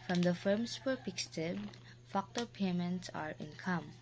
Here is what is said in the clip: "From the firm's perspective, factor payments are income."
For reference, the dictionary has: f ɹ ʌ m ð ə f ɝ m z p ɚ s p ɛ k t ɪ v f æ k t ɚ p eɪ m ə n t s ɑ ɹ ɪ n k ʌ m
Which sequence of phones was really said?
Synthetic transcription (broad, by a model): f ɹ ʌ m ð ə f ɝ m s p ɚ p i k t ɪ b f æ k t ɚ p eɪ m ə n t s ɑ ɹ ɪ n k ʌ m